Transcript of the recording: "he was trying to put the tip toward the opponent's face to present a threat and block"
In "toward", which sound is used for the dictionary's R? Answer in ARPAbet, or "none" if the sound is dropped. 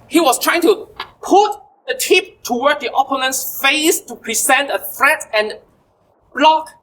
W